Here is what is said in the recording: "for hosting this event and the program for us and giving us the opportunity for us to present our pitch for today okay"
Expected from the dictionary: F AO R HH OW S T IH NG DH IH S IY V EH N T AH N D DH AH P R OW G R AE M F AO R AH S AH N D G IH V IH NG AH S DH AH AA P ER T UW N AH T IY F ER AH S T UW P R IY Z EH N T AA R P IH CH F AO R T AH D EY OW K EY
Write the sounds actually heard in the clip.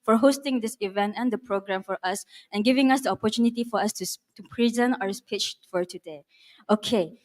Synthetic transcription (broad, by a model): F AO R HH OW S T IH NG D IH S IY V EH N T AH N D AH P R OW G R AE M F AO R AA S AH N G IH V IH NG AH S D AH AA P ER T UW N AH T IY F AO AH S T UW P R IY Z EH N T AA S P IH CH F AO R T AH D EY OW K EY